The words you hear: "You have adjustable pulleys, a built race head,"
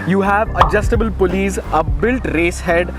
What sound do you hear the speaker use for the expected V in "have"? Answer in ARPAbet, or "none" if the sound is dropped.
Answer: V